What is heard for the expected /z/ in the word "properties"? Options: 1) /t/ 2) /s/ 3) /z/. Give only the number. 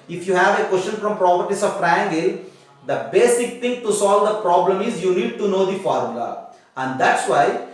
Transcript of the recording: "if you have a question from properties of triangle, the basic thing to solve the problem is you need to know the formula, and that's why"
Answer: 2